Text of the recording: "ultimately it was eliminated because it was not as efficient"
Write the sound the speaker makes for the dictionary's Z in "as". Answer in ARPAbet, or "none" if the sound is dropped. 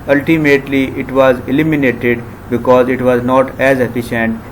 Z